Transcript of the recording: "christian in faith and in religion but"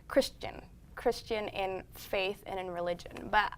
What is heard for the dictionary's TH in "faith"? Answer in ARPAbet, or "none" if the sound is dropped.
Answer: TH